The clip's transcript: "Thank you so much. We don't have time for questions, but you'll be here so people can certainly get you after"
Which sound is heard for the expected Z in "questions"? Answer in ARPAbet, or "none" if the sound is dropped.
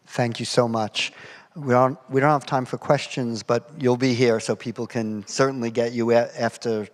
Z